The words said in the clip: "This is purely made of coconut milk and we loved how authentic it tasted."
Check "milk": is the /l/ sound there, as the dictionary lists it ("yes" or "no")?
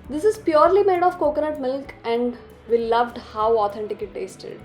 yes